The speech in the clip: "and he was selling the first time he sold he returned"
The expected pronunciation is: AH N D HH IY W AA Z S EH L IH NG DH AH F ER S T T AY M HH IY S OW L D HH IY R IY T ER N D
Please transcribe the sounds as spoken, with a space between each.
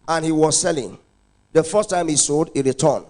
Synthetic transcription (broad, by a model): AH N HH IY W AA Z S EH L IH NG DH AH F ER S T T AY M HH IY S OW D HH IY R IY T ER N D